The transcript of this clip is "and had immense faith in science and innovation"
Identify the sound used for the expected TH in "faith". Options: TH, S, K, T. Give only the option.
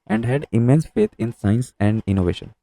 T